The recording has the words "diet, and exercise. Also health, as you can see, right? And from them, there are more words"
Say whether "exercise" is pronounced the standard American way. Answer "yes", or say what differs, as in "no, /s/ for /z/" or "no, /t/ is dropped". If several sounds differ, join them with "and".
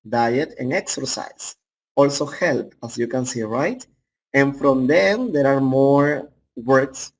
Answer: no, /s/ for /z/